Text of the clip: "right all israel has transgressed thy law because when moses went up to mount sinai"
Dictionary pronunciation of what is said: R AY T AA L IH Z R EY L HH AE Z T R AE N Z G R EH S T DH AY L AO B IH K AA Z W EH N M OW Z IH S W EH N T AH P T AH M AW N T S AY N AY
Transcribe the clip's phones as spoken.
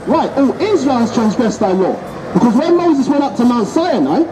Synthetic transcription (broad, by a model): R AY T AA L IH Z R EY L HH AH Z T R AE N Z G R EH S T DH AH L AO B IH K AA Z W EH M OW Z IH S W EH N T AH P T AH M AW N T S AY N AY